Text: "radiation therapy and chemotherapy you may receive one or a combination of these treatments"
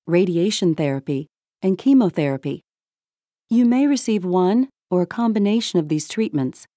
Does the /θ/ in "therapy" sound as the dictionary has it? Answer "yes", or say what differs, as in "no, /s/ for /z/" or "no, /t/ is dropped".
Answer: yes